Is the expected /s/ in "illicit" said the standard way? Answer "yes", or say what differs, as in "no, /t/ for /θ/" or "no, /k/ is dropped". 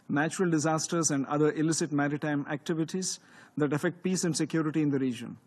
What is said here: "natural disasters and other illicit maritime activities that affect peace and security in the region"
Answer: yes